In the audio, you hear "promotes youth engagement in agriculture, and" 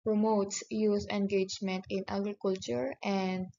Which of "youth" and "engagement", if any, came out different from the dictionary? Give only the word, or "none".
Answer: youth